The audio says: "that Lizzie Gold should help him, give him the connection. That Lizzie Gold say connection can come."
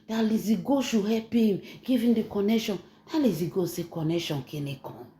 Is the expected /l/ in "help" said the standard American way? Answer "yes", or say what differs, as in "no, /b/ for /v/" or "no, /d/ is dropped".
no, /l/ is dropped